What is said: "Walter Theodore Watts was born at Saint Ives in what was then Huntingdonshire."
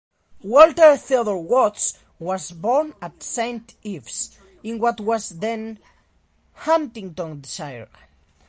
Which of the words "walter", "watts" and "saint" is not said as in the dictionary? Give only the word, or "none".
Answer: none